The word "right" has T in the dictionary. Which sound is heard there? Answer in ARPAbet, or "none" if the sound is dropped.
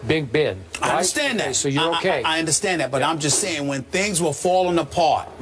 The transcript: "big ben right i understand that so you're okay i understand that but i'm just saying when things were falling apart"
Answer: none